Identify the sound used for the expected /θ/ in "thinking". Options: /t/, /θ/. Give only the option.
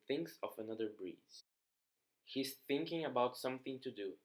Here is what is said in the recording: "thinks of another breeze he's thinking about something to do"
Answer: /θ/